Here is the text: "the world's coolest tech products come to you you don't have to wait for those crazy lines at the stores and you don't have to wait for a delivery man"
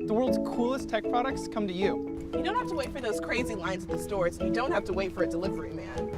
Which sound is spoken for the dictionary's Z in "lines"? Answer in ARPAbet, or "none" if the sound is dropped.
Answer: Z